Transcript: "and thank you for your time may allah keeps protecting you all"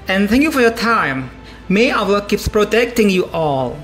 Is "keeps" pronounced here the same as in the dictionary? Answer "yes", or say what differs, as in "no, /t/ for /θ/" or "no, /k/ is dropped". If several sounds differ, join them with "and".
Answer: yes